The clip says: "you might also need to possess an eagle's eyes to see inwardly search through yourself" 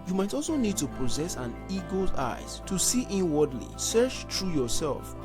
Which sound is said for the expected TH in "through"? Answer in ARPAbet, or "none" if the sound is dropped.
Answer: T